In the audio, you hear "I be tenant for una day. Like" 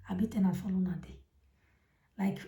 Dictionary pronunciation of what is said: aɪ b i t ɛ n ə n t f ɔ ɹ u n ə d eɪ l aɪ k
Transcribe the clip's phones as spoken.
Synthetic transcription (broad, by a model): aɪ b i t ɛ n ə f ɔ l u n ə d eɪ l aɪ k